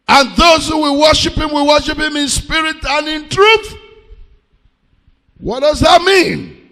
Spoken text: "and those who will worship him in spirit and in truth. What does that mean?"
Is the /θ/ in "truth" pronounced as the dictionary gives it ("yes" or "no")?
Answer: yes